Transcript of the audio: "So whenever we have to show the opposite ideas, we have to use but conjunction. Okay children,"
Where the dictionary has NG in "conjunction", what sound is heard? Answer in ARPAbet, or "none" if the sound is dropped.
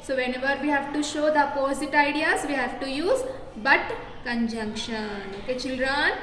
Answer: NG